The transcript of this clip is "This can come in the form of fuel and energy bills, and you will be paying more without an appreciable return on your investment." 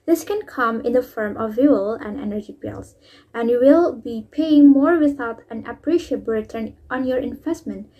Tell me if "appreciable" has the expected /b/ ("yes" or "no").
no